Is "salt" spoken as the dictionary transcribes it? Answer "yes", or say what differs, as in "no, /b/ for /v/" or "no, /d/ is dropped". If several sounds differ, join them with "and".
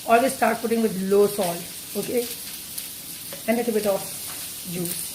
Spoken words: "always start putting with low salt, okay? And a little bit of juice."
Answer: no, /t/ is dropped